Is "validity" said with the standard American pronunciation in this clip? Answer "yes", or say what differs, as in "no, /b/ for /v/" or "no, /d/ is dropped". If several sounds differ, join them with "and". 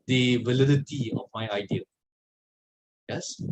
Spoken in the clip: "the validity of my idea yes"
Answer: yes